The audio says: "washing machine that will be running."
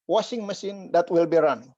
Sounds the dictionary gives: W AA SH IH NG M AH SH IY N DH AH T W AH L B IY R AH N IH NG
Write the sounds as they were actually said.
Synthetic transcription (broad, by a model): W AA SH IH NG M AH S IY N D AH T W AH L B IY R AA N